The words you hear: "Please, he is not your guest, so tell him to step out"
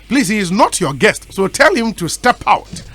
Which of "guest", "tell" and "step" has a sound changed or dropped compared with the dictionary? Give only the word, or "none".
none